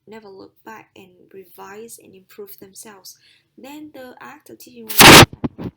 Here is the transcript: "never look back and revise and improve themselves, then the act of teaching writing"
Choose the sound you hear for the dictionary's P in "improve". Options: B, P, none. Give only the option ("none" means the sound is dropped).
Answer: P